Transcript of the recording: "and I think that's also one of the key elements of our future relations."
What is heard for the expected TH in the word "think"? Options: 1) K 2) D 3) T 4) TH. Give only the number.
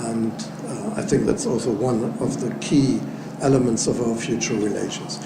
4